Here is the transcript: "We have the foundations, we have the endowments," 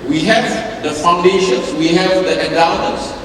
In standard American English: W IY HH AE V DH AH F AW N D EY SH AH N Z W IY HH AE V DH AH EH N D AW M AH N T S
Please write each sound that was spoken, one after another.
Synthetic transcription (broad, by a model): W IY HH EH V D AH F AW N D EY SH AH N S W IY HH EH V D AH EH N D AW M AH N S